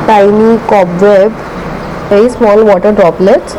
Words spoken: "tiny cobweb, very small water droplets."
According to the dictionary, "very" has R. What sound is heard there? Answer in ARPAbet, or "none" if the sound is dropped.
none